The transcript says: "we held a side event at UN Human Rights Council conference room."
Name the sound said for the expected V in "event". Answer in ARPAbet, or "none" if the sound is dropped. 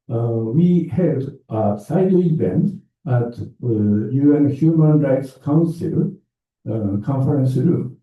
B